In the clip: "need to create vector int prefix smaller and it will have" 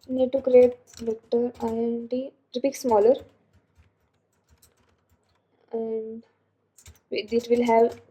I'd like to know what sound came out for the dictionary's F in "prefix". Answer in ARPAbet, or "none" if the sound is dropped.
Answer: P